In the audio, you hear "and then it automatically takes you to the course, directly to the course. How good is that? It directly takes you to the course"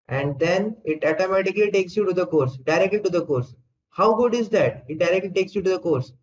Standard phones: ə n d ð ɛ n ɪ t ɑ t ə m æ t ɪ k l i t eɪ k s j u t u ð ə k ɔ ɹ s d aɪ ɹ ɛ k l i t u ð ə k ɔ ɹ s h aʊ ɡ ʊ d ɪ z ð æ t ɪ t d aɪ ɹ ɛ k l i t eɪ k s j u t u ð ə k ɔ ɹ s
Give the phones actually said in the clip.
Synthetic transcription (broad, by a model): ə n d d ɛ n ɪ t ɑ t ə m æ t ɪ k l i t eɪ k s j u t u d ə k ɔ ɹ s d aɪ ɹ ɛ k l i t u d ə k ɔ ɹ s h aʊ ɡ ʊ d ɪ z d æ t ɪ t d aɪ ɹ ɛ k l i t eɪ k s j u t u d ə k ɔ ɹ s